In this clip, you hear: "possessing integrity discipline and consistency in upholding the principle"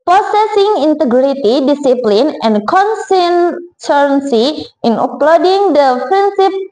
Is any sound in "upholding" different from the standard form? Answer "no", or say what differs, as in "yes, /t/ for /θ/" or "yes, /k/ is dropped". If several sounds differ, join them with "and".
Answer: yes, /l/ is dropped